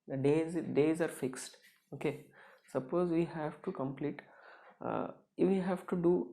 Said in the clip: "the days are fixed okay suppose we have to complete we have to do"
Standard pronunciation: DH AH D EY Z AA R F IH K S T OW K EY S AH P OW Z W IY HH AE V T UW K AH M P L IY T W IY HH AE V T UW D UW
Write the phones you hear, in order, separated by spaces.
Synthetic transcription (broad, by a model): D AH D EY Z AA R F IH K S T OW K EY S AH P OW Z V IY HH AE V T UW K AH M P L IY T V IY HH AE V T UW D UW